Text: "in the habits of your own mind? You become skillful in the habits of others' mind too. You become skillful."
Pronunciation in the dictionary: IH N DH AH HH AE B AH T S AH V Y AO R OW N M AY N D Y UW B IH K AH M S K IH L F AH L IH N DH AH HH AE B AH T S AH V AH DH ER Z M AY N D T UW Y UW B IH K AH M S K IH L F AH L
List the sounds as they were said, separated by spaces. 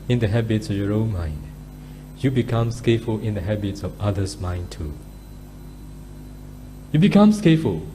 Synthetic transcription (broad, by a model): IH N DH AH HH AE B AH T S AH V Y AO R OW N M AY N D Y UW B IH K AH M S K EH F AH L IH N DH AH HH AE B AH T S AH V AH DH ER S M AY N T UW Y UW B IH K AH M S K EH F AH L